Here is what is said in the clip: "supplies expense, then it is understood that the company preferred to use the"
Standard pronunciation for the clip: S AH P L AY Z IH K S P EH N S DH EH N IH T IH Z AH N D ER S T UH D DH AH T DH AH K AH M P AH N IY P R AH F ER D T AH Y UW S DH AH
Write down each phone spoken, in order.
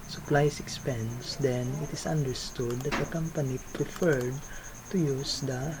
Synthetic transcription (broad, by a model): S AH P L AY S IH K S P EH N S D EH N IH T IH S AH N D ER S T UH D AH T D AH K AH M P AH N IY P R AH F ER D T AH Y UW S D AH